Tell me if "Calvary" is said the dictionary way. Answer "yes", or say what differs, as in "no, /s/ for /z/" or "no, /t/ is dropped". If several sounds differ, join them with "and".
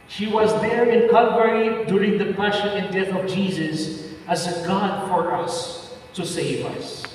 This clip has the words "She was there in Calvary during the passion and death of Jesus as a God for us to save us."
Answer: no, /l/ is dropped